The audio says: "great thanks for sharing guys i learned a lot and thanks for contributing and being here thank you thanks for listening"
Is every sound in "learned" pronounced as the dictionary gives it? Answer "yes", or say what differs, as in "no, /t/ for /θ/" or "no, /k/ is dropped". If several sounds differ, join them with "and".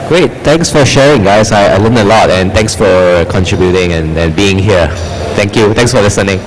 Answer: no, /l/ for /n/